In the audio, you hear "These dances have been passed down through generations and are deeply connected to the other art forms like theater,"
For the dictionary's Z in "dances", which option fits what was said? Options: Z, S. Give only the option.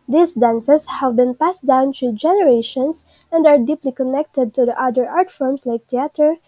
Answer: S